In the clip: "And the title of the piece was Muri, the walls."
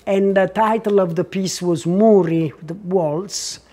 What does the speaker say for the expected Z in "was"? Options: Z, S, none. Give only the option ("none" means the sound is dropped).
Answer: Z